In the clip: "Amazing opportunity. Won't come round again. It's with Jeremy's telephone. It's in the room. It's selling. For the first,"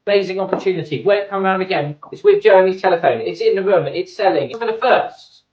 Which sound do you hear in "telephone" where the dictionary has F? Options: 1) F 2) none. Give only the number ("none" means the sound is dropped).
1